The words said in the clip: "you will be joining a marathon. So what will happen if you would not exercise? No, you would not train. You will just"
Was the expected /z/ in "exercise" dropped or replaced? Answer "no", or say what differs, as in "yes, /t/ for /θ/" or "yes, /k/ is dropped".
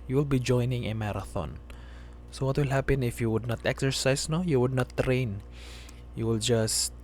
yes, /s/ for /z/